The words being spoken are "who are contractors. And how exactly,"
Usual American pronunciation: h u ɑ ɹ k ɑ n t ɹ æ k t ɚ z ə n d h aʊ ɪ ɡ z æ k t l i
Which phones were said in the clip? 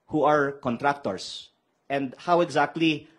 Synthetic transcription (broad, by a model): h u ɑ ɹ k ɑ n t ɹ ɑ k t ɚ s ə n d h aʊ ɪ ɡ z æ k t l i